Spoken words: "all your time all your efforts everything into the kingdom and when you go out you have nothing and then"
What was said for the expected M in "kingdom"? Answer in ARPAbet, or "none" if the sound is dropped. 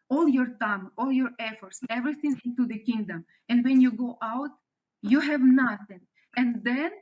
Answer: M